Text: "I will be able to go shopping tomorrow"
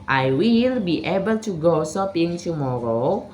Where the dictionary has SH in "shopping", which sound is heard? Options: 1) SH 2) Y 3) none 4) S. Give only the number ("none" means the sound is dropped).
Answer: 4